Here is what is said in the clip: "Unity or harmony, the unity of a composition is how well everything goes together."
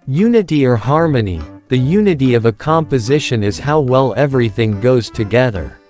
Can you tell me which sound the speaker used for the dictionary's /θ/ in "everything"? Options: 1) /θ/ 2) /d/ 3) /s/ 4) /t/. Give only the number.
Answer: 1